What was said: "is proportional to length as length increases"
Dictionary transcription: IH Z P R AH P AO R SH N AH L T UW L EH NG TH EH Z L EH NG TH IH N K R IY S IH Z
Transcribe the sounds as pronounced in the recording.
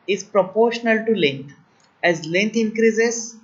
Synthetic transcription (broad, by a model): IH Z P R AH P AO R SH N AH L T UW L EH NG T EH Z L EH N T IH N K R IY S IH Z